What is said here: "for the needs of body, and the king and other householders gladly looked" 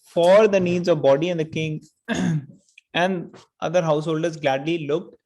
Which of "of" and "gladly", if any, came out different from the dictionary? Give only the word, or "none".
none